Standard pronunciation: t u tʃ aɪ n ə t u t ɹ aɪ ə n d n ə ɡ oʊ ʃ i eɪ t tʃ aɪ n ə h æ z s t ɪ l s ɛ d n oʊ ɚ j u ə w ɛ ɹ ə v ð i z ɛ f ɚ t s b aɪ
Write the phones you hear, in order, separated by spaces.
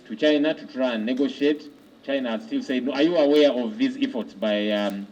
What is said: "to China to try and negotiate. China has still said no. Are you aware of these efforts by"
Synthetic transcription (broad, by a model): t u tʃ aɪ n ə t u t ɹ aɪ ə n n ə ɡ oʊ ʃ i eɪ t tʃ aɪ n ə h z s t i l s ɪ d n oʊ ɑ j u ə w ɛ ɹ ə v ð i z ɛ f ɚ t s b aɪ